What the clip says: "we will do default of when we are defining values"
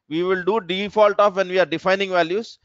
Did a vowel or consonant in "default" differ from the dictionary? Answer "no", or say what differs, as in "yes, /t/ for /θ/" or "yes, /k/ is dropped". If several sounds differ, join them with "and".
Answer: no